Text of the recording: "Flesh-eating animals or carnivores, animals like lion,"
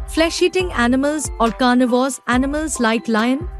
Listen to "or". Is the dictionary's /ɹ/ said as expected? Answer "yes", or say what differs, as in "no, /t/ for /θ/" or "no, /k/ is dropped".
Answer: no, /l/ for /ɹ/